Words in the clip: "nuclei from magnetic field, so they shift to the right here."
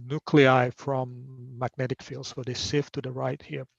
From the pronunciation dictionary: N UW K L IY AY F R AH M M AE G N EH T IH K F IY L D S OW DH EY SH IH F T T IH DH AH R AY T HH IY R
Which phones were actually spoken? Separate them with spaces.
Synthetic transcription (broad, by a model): N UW K L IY AY F R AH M M AE G N EH T IH K F IY L D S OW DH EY S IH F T T IH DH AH R AY T HH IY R